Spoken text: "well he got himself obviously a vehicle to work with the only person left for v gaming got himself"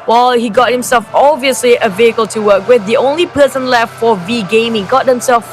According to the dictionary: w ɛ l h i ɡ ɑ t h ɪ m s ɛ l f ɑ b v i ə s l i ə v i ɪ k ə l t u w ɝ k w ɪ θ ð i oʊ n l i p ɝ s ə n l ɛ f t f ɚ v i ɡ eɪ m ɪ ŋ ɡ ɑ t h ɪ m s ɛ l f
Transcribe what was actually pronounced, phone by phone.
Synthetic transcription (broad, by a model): w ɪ l h i ɡ ɑ t h ɪ m s ɛ l f ɑ b v i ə s l i ə v i ɪ k ə l t u w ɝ k w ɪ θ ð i oʊ n l i p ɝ s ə n l ɛ f t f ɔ v i ɡ eɪ m ɪ ŋ ɡ ɑ t h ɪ m s ɛ l f